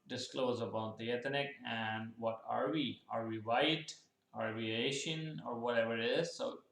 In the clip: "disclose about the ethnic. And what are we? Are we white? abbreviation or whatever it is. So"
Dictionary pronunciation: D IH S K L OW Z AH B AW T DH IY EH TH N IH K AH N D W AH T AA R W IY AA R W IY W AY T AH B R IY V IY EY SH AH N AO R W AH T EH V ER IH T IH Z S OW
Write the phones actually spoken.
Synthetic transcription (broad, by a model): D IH S K L OW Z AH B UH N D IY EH T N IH K AH N D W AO T AA R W IY AA R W IY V AY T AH R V IY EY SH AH N AO R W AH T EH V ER IH T IH Z S OW